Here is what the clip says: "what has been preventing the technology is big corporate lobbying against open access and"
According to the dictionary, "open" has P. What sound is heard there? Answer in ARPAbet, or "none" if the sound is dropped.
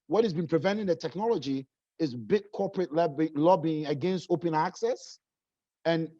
P